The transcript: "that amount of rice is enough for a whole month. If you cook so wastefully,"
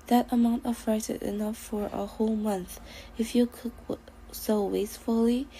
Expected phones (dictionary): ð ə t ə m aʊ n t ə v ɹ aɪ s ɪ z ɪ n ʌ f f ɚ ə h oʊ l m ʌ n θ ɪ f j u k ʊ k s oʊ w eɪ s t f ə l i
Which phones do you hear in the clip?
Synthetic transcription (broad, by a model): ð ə t ə m aʊ n t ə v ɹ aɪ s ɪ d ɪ n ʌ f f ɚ ə h oʊ l m ʌ n θ ɪ f j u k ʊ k s oʊ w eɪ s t f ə l i